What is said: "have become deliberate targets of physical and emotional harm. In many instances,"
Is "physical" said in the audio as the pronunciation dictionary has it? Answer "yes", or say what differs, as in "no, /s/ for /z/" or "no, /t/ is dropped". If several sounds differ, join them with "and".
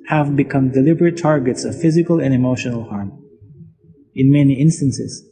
yes